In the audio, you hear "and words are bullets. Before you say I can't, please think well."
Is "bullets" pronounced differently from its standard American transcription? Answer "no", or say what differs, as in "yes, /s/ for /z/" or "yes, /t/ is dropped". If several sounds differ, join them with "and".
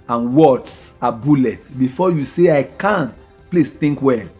yes, /s/ is dropped